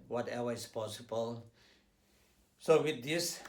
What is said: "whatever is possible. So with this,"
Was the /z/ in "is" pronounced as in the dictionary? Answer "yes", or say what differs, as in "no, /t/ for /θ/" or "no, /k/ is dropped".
no, /s/ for /z/